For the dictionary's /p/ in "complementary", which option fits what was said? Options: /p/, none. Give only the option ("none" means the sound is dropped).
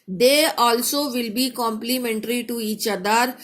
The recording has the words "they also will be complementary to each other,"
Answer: /p/